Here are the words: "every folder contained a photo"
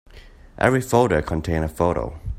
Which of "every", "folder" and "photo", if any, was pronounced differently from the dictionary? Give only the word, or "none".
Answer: folder